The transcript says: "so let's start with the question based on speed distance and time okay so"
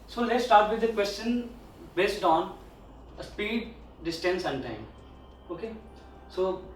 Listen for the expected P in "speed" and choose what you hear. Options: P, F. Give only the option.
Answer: P